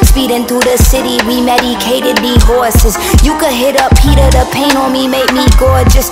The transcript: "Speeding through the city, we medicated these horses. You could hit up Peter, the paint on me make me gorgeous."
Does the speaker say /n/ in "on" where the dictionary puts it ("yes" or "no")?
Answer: no